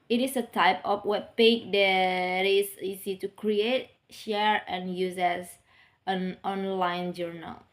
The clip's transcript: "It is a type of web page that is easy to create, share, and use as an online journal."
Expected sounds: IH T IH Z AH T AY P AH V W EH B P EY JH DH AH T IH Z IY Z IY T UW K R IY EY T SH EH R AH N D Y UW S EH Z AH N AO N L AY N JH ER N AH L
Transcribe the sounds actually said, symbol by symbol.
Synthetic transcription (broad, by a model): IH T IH S AH T AY P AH F W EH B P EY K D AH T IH S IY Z IY T UW K R IY EY T SH EH R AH N Y UW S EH S AH N AO N L AY N JH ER N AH L